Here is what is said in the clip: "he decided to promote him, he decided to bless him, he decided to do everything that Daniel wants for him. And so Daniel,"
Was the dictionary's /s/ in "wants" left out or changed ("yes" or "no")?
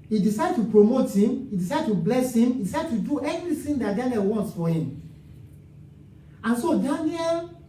no